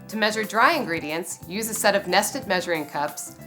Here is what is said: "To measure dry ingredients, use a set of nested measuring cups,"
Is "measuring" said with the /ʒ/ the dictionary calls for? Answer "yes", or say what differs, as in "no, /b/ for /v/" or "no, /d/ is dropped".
yes